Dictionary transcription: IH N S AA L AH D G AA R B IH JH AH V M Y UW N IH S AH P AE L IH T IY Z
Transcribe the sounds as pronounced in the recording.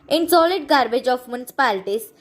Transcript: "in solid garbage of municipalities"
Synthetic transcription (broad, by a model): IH N S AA L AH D G AA R B IH JH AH F M Y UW N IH S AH P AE L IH T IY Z